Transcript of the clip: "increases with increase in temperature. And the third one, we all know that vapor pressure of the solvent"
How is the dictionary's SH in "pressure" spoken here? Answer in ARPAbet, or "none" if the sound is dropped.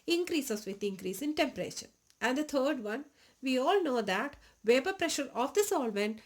SH